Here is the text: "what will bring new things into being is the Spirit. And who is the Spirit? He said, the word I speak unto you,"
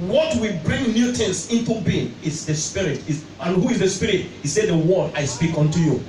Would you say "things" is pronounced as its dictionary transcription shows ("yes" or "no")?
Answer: no